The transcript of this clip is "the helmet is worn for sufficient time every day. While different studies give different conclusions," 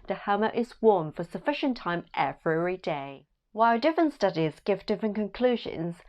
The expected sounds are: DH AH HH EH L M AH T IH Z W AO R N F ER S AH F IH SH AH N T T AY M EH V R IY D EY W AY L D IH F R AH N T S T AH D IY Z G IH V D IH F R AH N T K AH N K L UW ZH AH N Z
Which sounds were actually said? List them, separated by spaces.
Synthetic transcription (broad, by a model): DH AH HH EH M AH T IH Z W AO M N F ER S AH F IH SH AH N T T AY M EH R R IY D EY W AY L D IH F R AH N T S T AH D IY Z G IH V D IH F R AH N K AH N K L UW ZH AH N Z